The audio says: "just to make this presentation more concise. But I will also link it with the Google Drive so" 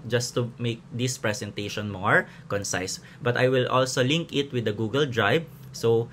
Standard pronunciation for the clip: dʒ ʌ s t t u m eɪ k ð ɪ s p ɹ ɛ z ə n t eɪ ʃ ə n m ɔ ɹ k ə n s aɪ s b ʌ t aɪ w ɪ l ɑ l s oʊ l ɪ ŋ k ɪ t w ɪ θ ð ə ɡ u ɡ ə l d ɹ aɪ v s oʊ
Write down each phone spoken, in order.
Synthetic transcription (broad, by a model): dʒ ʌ s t t u m eɪ k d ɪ s p ɹ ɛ s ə n t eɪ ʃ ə n m ɔ ɹ k ə n s aɪ s b ʌ t aɪ w ɪ l ɑ l s oʊ l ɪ ŋ k ɪ t w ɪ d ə ɡ u ɡ ə l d ɹ aɪ b s oʊ